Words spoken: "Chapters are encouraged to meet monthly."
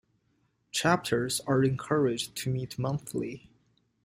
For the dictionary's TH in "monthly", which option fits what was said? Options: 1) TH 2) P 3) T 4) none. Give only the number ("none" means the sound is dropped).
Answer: 1